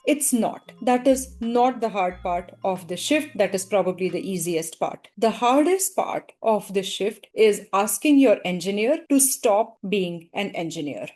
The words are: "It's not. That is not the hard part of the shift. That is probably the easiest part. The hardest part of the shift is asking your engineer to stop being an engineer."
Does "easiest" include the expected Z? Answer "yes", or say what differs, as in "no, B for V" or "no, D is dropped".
yes